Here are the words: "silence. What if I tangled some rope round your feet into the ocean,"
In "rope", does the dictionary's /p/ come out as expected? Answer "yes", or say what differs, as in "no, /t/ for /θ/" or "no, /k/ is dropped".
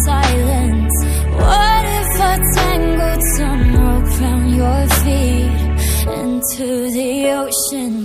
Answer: no, /f/ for /p/